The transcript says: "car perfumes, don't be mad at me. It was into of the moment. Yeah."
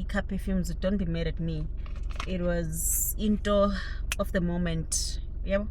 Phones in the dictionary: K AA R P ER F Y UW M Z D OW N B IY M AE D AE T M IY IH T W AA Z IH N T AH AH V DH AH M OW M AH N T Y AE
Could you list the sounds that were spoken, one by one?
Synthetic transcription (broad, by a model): K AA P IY F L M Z D OW N B IY M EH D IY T M IY IH T W AA Z IH N T AH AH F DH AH M OW M AH N T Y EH